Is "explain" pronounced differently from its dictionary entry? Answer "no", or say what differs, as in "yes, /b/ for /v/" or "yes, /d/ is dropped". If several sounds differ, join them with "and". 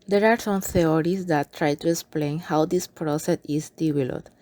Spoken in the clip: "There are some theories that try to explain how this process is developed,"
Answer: no